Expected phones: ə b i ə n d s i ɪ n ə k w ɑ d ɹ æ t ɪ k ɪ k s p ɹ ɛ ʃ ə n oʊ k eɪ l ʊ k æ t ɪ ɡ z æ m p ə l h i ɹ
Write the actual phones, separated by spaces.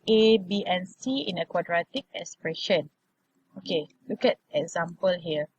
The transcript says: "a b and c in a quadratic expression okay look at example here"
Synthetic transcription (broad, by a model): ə b i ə n s i ɪ n ə k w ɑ d ɹ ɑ t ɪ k ɪ k s p ɹ ɛ ʃ ə n oʊ k eɪ l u k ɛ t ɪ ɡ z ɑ m p ə l h i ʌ